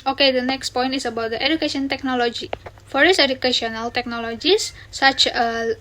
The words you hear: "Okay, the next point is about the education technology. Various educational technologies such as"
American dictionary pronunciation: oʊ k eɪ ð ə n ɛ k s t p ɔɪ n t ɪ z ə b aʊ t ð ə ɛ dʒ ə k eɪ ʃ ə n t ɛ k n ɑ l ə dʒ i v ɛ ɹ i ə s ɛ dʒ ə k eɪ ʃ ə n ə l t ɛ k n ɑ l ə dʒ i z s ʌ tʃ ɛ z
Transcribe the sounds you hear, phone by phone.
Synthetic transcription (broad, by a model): oʊ k eɪ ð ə n ɛ k s t p ɔɪ n t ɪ s ə b aʊ t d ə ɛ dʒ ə k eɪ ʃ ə n t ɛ k n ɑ l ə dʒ i f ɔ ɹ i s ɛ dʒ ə k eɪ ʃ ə n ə l t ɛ k n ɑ l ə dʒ i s s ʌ tʃ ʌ